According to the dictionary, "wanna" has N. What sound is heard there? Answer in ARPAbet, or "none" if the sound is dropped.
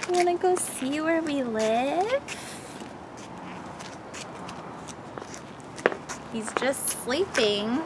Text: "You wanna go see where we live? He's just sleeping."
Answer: none